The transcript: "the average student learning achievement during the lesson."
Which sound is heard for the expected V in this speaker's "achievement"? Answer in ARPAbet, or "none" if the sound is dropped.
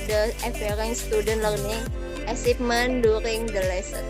P